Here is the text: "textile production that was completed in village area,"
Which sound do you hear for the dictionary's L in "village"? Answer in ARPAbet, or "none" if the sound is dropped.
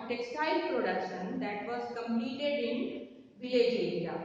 none